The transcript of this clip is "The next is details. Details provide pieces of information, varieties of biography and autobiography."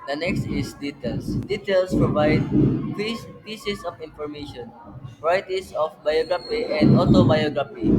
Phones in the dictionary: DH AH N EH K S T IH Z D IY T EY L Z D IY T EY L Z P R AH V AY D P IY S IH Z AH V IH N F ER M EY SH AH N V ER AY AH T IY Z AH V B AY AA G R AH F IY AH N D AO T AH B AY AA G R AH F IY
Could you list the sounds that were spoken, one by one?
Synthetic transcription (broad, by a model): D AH N EH K S T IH S D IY T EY L S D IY T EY L S P R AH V AY D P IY S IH S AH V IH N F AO M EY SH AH N P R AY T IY S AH F B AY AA G R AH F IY AH N D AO T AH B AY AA G R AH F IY